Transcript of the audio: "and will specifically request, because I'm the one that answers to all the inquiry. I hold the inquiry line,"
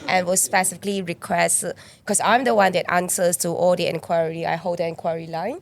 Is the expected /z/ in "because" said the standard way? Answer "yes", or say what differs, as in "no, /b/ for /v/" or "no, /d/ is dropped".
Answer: no, /s/ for /z/